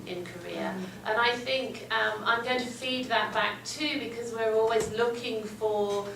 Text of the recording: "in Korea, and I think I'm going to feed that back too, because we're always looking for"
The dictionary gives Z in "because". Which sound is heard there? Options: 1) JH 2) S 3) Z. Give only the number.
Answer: 3